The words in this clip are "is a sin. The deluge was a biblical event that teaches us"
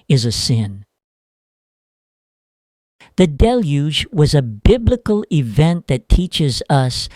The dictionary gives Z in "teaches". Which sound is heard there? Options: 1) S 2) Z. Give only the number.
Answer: 2